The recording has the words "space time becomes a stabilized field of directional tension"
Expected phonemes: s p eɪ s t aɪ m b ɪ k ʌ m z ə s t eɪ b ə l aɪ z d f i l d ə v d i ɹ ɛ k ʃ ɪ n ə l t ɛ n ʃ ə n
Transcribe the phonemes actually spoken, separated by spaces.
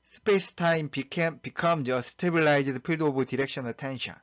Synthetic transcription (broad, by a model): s p eɪ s t aɪ m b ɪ k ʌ m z ə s t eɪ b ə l aɪ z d p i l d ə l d i ɹ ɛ k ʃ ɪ n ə t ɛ n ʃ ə n